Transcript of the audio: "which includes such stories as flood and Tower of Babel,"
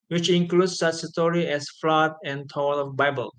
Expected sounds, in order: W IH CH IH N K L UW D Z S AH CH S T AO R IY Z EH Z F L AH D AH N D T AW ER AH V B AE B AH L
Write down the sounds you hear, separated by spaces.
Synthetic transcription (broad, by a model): W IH CH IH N K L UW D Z S AH CH S T AO R IY EH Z F L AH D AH N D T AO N AH V B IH B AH L